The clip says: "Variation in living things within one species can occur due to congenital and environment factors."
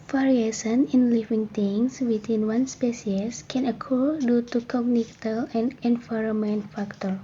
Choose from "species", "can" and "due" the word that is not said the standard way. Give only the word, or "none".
species